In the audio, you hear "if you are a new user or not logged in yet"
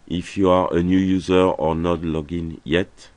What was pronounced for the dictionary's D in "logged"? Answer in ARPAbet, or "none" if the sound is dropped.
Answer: none